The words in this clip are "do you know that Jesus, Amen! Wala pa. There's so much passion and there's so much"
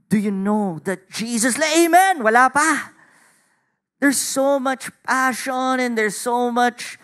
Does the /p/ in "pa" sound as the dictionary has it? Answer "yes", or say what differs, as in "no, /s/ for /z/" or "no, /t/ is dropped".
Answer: yes